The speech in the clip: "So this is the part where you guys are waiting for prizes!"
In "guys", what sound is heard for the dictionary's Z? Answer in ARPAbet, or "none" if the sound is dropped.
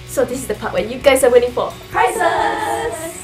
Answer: S